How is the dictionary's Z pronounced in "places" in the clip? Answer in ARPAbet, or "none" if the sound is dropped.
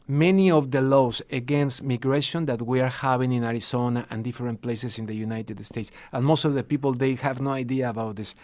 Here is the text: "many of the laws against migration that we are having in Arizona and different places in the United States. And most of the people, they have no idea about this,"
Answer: S